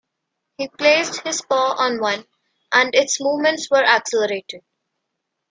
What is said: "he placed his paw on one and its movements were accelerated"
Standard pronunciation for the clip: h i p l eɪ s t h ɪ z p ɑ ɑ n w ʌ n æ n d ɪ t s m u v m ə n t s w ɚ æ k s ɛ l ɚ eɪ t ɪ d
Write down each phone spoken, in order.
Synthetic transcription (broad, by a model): h i p l eɪ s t h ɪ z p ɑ ɑ n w ʌ n æ n d ɪ t s m u v m ə n t s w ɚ æ k s ɛ l ɚ eɪ t ɪ d